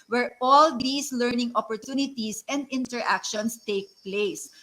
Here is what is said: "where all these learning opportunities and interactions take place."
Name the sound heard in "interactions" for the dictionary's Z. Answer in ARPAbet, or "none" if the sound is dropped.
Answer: S